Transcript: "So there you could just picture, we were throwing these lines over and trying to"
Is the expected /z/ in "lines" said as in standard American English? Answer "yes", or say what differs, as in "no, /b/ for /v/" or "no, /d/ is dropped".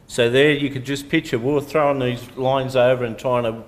yes